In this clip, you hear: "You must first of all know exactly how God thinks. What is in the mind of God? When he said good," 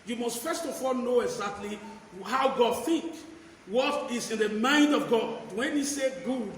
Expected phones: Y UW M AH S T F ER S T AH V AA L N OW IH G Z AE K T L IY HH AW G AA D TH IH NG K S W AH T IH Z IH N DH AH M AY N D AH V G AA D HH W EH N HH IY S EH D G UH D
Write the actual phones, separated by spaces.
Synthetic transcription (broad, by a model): Y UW M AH S T F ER S T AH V AA L N OW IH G Z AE K T L IY HH AW G AA D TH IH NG K W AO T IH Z IH N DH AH M AY N D AH V G AA D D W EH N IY S EH G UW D